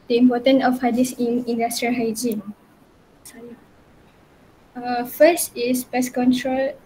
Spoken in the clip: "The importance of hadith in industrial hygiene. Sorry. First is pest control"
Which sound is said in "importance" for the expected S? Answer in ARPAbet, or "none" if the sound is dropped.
none